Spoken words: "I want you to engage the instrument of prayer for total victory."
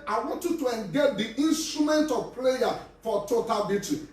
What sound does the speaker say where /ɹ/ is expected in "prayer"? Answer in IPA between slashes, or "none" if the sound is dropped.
/l/